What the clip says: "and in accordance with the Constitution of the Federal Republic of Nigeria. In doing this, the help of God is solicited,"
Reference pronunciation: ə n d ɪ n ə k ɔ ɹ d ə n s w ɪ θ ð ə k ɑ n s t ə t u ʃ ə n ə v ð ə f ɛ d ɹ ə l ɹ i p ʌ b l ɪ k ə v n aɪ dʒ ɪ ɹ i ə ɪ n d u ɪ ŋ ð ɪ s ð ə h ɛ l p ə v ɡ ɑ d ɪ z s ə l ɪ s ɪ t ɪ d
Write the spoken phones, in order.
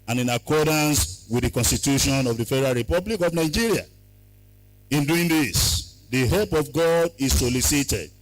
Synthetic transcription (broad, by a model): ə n ɪ n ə k ɔ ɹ d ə n s w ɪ ð ə k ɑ n s t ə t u ʃ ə n ə v ð ə f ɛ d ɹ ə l ɹ i p ʌ b l ɪ k ə v n aɪ dʒ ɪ ɹ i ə ɪ n d u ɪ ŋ ð ɪ s ð ə h ɛ l p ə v ɡ ɑ d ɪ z s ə l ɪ s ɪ t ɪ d